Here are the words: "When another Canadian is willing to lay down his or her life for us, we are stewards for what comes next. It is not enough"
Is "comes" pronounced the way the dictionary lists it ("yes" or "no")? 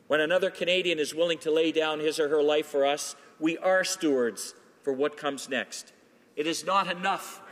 yes